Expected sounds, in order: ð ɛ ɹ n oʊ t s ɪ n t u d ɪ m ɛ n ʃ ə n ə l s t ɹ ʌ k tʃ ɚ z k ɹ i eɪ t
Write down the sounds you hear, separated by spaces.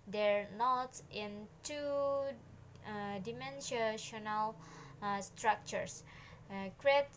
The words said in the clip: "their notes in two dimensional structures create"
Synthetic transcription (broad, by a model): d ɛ ɹ n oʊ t ɪ n t u d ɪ m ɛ n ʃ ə n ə l s t ɹ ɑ k tʃ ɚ s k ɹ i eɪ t